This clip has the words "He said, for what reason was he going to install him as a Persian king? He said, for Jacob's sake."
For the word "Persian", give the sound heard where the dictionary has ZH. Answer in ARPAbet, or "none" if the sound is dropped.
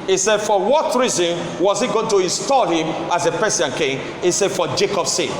S